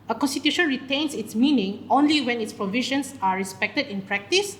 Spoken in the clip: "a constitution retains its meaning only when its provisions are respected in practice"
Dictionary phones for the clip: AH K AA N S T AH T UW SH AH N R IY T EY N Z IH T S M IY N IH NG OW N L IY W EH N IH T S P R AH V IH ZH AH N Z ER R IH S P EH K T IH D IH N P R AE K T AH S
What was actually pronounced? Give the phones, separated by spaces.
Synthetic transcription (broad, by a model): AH K AA N S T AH T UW SH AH N R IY T EY N S IH T S M IY N IH NG OW N L IY W EH N IH T S P R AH V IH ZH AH N S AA R IH S P EH K T IH D IH N P R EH K T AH S